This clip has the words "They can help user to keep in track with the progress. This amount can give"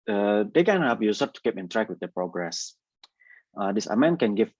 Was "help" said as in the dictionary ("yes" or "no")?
no